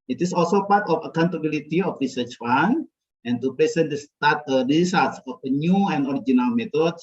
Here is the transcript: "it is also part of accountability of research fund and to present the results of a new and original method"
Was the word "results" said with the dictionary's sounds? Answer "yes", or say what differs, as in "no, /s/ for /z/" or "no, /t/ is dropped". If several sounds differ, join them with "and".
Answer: no, /s/ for /z/ and /l/ is dropped